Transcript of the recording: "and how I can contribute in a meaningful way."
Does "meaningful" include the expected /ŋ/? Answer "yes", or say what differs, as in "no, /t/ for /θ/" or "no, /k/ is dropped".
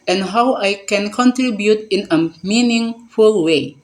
yes